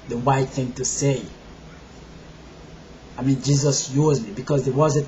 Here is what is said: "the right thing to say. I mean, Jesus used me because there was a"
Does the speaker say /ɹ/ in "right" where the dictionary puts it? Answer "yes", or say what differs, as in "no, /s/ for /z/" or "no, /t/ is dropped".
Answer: no, /w/ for /ɹ/